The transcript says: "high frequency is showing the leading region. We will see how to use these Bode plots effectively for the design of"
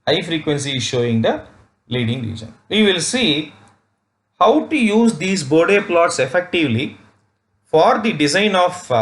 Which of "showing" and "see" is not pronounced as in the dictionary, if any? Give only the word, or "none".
none